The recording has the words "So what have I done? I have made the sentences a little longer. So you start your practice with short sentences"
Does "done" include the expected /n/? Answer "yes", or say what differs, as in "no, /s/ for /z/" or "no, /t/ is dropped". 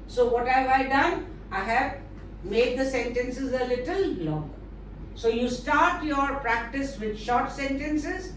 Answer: yes